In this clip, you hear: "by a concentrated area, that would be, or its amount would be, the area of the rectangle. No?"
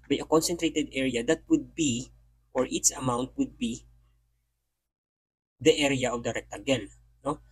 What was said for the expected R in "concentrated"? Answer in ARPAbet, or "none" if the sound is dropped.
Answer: R